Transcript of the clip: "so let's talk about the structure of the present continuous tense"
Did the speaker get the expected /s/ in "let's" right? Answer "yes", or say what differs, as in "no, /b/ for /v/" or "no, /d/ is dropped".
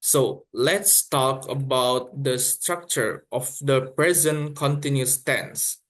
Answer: yes